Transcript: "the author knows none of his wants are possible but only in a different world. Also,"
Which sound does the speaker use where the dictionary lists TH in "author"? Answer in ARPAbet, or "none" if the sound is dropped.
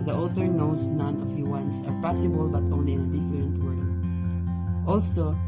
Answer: T